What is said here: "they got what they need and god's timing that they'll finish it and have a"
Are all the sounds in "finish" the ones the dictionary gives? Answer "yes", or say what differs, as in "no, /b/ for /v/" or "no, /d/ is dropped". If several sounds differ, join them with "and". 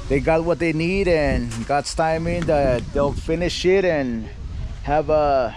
yes